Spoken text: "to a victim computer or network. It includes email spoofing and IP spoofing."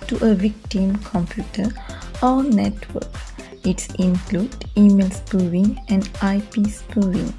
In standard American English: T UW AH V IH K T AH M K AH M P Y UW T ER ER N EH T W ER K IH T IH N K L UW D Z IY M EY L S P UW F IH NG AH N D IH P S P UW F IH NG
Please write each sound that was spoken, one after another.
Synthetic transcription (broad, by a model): T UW AH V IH K T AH M K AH M P Y UW T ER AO N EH T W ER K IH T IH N K L UW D IY M EY L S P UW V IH NG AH N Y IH P S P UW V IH NG